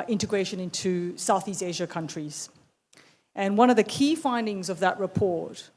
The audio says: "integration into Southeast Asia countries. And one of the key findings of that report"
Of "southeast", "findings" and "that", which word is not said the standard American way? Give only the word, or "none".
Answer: none